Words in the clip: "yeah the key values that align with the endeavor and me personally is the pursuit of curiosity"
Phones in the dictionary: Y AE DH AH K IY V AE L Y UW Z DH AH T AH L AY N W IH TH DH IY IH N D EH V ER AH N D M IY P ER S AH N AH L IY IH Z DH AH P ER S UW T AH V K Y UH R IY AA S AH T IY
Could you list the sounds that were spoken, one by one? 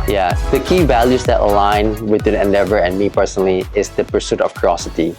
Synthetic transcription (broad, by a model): Y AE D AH K IY V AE L Y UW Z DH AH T AH L AY N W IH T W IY IH N D EH V ER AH N M IY P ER S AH N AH L IY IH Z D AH P ER S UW T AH F K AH R AA S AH T IY